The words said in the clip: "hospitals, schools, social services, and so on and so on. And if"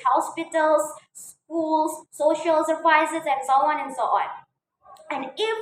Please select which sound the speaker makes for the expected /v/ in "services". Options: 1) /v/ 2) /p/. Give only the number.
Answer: 2